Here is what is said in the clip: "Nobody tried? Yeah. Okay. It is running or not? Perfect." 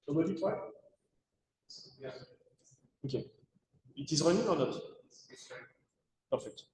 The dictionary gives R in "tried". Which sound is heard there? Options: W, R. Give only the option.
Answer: W